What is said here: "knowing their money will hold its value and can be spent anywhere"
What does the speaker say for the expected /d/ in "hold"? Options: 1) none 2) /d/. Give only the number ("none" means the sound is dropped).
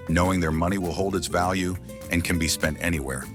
2